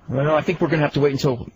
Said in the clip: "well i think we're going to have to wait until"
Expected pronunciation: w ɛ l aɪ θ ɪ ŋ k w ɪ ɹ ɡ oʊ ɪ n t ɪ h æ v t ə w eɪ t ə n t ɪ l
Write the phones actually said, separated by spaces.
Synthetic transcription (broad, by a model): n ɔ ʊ aɪ θ ɪ ŋ k w ɪ ɹ ɡ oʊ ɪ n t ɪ h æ f t ə w eɪ t n t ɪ l